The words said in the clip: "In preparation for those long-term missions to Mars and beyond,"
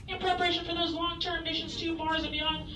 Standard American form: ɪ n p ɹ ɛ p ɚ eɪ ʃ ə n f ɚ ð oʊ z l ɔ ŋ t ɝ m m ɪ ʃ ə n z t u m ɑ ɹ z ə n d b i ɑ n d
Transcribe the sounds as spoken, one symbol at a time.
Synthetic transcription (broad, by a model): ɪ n p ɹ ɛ p ɚ eɪ ʃ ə n f ɚ ð oʊ z l ɔ ŋ t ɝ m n ɪ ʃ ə n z t u m ɑ ɹ z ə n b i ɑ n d